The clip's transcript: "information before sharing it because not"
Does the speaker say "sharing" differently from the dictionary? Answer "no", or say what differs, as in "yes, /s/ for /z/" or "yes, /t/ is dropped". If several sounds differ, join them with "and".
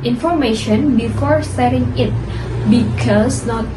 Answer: yes, /s/ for /ʃ/